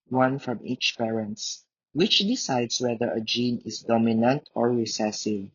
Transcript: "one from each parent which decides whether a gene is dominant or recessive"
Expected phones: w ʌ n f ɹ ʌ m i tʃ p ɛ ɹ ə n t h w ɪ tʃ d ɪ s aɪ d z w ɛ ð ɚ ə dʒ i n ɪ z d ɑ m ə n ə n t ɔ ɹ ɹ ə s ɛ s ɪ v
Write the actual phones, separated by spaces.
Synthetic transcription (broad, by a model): w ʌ n f ɹ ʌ m i tʃ p ɛ ɹ ə n t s w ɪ tʃ d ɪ s aɪ d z w ɛ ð ɚ ə dʒ i n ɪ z d ɑ m ə n ə n t ɔ ɹ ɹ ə s ɛ s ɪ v